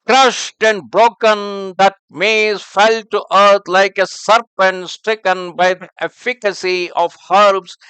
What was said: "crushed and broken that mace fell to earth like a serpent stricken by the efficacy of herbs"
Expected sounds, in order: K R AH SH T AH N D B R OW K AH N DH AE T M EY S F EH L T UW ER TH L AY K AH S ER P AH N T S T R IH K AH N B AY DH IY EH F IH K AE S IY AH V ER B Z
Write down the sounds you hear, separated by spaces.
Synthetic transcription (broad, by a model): K R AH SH T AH N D B R OW K AH N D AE T M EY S F EH L T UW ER T L AY K AH S ER P AH N T S T R IH K AH N B AY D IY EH F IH K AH S IY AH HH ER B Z